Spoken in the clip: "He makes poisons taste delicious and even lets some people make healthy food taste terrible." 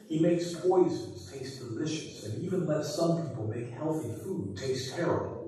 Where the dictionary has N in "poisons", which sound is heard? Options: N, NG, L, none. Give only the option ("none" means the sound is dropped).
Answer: N